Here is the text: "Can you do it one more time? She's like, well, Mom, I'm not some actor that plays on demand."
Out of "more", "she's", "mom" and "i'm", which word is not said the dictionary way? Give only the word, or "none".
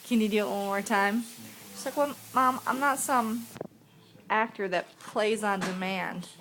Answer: she's